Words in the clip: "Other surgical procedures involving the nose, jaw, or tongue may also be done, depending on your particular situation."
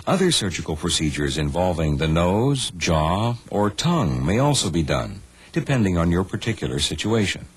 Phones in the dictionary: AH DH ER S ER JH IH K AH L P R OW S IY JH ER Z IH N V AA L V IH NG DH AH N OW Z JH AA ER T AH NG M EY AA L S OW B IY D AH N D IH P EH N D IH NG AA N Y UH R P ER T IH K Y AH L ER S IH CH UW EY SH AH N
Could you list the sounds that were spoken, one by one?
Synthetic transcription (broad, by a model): AH DH ER S ER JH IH K L P R OW S IY JH ER Z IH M V AA L V IH NG DH AH N OW Z JH AA ER T AH NG M EY AA L S OW B IY D AH N D IH P EH N D IH NG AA N Y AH R P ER T IH K Y L ER S IH CH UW EY SH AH N